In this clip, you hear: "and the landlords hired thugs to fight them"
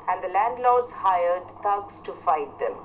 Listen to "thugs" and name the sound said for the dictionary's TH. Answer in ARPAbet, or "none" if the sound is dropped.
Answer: T